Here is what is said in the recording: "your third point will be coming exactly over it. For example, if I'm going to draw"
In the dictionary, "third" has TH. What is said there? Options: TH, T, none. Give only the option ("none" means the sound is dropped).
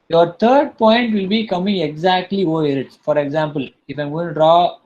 T